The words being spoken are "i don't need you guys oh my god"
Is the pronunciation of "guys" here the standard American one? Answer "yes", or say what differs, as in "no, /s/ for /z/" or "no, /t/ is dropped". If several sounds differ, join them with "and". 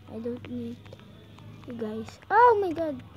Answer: no, /s/ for /z/